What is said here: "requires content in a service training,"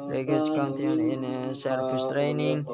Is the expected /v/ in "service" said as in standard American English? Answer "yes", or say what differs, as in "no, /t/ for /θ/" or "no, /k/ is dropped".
no, /f/ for /v/